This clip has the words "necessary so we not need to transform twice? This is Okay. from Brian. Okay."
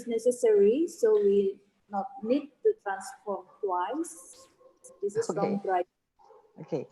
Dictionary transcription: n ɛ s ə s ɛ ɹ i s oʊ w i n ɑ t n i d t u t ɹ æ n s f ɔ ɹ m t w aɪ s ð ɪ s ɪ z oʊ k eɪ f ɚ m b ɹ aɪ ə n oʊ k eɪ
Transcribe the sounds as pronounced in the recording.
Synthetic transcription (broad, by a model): n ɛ s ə s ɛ ɹ i s oʊ w i n ɑ t n i d t u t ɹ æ n s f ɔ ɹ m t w aɪ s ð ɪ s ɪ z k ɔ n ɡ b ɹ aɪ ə oʊ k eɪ